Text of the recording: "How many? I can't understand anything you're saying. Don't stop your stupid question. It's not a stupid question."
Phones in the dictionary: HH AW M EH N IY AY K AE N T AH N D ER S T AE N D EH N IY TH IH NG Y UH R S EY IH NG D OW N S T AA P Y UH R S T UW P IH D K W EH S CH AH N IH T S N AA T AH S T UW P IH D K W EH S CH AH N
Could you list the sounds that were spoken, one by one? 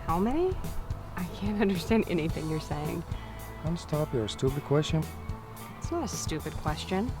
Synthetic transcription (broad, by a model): HH AW M EH N IY AY K AE N T AH N D ER S T AE N D EH N IY TH IH NG Y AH R S EY IH NG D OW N S T AA P Y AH R S T UW P IH D K W EH S CH AH N IH T S N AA T AH S T UW P IH D K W EH S CH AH N